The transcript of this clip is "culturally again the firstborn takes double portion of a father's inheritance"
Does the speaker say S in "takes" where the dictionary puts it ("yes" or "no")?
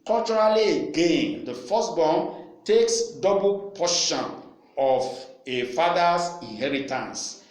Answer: yes